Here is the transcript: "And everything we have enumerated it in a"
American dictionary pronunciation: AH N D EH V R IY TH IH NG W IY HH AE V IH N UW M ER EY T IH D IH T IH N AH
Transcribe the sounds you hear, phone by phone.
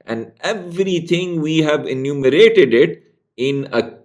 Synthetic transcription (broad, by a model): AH N D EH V R IY T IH NG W IY HH AE V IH N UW M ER EY T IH D IH T IH N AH